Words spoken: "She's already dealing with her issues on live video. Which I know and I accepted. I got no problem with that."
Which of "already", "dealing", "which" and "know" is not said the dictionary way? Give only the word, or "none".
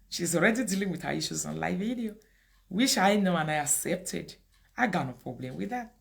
which